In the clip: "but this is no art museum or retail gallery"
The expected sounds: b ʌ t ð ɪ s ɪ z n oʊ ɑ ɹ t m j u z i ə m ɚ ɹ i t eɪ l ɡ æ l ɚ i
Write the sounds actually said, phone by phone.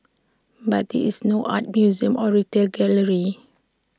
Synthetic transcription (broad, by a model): b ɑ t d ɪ ɪ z n oʊ ɑ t m j u z i ə m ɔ ɹ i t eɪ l ɡ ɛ l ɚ i